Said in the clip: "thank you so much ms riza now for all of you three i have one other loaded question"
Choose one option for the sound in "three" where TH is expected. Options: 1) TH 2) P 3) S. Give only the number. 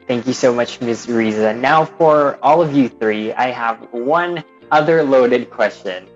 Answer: 1